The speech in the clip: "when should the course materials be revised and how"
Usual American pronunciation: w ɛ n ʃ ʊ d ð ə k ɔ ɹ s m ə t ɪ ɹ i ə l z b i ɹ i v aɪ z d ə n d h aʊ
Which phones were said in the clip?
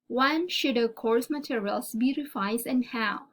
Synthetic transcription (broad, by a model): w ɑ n ʃ ʊ d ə k ɔ ɹ s m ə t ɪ ɹ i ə l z b i ɹ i f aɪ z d ə n d h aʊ